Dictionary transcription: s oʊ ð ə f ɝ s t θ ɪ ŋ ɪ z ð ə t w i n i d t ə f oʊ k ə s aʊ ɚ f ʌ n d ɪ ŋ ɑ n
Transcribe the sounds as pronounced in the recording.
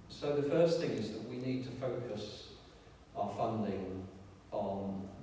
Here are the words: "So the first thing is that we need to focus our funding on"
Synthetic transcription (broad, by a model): s oʊ ð ə f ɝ s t θ ɪ ŋ ɪ z ð ə t w i n i d t ə f oʊ k ə s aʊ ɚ f ʌ n d ɪ ŋ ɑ n